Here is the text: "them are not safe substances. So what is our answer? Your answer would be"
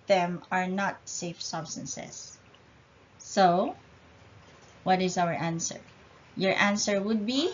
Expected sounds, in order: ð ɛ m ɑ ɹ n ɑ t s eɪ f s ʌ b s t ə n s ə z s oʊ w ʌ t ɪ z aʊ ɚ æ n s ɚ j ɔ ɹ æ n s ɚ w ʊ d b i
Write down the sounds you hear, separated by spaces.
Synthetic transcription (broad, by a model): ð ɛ m ɑ ɹ n ɑ t s eɪ f s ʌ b s t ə n s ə s oʊ w ʌ t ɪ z aʊ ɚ æ n s ɚ j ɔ ɹ æ n s ɚ w ʊ d b i